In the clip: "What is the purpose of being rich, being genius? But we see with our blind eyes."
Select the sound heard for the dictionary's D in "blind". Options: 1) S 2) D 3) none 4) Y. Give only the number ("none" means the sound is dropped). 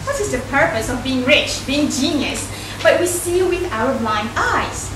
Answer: 3